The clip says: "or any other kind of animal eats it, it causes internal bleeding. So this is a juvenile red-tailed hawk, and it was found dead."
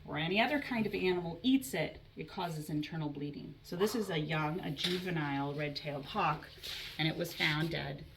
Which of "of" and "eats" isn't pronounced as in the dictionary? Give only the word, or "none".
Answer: none